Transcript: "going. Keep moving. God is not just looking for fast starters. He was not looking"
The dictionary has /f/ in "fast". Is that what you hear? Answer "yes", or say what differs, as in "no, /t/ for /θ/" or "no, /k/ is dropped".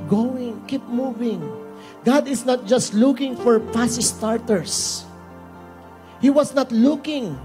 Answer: no, /p/ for /f/